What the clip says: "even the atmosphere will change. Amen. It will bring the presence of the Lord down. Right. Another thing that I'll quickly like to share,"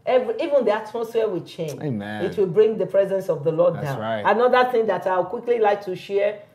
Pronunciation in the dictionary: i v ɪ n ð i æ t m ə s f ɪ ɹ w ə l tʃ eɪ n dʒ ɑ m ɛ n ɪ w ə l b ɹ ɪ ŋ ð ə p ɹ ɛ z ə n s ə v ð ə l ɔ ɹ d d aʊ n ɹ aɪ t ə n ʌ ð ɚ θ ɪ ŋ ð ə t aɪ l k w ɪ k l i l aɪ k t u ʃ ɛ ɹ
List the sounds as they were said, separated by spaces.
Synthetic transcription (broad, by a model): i v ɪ n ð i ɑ t m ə s f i w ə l tʃ eɪ n dʒ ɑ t w ə l b ɹ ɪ ŋ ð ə p ɹ ɛ z ə n s ə v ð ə l ɔ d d aʊ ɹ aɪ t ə n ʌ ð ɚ θ ɪ ŋ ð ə t aɪ w k w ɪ k l i l aɪ k t u ʃ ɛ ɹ